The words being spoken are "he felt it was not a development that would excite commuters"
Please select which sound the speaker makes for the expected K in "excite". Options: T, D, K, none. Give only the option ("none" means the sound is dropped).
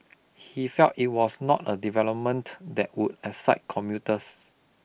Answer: none